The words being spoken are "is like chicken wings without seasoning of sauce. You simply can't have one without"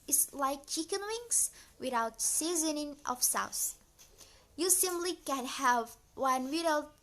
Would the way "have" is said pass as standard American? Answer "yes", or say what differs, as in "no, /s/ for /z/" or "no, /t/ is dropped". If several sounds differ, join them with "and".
yes